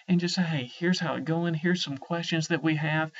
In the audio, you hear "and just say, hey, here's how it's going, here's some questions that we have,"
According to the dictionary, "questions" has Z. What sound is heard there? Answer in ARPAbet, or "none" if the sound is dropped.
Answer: Z